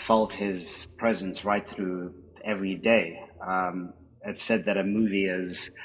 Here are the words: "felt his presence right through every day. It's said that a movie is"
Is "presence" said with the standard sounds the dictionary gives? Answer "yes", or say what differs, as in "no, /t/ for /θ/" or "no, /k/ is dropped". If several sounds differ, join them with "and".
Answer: yes